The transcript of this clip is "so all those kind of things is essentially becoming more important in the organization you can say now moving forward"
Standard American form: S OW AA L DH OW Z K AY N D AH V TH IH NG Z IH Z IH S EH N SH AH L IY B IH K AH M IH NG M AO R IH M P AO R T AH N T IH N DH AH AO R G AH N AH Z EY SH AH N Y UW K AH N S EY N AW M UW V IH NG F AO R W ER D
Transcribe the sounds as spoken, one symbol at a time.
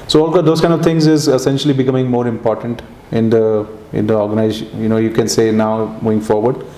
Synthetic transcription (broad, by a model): S OW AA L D OW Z K AY N D AH V T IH NG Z IH Z IH S EH N SH AH L IY B IH K AH M IH NG M AO R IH M P AO R T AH N T IH N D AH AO R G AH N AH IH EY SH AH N Y UW K AH N S EY N AW M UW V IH NG F AO R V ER D